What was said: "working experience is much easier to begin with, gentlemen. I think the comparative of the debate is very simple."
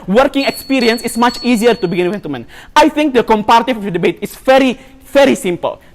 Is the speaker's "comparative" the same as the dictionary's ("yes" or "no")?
no